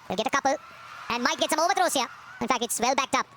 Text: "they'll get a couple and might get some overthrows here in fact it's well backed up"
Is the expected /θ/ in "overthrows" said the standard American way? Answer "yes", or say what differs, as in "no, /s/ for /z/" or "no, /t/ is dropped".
no, /t/ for /θ/